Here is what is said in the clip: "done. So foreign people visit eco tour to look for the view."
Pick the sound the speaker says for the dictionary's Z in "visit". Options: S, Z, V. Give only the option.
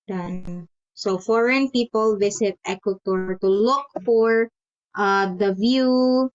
S